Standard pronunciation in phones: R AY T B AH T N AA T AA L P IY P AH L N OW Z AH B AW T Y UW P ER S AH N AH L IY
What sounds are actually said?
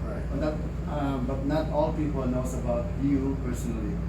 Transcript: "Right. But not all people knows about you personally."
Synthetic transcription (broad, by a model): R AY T B AH T N AA T AA L P IY P AH L N OW S AH B AW T Y UW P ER S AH N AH L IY